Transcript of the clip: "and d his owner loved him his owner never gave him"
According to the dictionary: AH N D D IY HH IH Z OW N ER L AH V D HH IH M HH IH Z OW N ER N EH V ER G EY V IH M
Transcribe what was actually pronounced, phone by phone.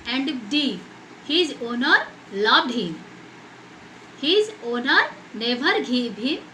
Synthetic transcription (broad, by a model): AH N D D IY HH IH Z OW N ER L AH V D HH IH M HH IH Z OW N ER N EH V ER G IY B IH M